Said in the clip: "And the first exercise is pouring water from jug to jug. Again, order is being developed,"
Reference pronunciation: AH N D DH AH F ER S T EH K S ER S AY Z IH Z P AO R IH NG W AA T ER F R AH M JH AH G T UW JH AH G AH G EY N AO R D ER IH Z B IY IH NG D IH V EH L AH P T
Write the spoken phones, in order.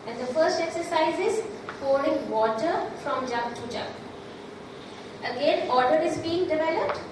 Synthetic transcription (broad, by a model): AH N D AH F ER S T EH K S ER S AY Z IH Z F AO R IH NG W AA T ER F R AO M JH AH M T UW JH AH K AH G EY N AO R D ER IH Z B IY IH NG D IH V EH L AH P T